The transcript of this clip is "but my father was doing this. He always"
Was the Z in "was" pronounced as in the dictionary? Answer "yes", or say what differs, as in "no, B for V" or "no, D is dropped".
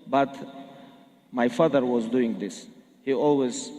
yes